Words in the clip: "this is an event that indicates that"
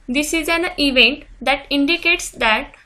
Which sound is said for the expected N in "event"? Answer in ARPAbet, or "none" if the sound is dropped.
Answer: N